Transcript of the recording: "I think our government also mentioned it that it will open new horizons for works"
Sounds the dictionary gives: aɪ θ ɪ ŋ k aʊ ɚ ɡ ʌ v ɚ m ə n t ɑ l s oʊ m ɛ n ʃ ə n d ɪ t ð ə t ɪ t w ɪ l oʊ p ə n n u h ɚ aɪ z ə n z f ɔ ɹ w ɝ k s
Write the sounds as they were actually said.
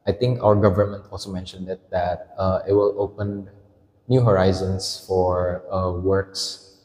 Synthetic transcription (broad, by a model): aɪ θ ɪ ŋ k aʊ ɚ ɡ ʌ v ɚ m ə n t ɑ l s oʊ m ɛ n ʃ ə n d ɪ t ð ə t ɪ t w ɪ l oʊ p ə n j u h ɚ aɪ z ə n s f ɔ ɹ w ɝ k s